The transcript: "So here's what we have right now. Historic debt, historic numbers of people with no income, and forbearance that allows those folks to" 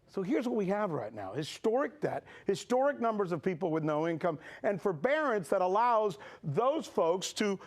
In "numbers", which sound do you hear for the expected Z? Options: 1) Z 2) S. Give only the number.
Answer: 1